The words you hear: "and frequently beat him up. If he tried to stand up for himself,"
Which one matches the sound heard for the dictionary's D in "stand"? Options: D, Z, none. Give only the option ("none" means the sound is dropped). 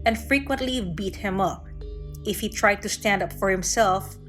D